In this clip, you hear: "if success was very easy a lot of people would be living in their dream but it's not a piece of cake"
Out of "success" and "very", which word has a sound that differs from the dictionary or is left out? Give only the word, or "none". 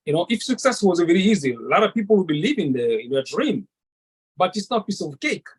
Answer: none